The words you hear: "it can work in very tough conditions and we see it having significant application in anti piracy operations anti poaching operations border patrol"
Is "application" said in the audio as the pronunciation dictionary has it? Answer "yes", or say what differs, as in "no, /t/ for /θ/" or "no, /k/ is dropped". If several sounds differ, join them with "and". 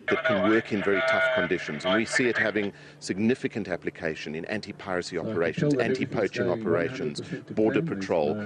yes